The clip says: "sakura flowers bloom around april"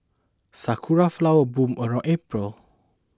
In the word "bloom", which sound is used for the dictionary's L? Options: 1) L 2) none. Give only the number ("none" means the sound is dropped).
2